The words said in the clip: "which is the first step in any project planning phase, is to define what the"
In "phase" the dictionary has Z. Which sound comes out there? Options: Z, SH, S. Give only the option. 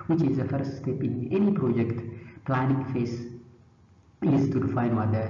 S